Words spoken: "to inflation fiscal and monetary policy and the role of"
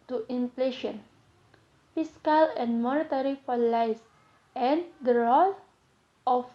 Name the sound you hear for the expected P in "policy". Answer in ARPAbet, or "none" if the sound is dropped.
F